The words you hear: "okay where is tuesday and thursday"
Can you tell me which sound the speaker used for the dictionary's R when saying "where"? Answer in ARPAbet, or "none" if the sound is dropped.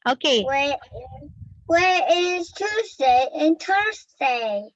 W